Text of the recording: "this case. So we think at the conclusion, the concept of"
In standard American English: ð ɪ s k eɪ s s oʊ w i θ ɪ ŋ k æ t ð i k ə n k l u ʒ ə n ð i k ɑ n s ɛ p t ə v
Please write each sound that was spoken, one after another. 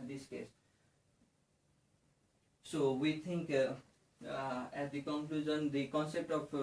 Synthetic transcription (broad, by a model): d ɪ s k eɪ s s oʊ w i t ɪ ŋ k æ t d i k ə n k l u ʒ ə n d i k ɑ n s ɛ p t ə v